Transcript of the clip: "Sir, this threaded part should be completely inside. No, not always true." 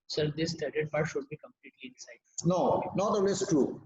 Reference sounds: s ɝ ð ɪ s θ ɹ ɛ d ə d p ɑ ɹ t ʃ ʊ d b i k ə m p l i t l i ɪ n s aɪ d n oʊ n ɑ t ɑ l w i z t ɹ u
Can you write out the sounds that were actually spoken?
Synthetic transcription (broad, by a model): s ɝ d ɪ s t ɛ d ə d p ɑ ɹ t ʃ ʊ d b i k ə m p l i t l i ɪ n s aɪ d n oʊ n ɑ t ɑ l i s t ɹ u